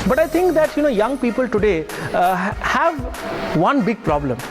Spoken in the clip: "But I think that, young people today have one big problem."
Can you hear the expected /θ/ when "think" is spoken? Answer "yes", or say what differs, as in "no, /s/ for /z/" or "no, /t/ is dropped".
no, /t/ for /θ/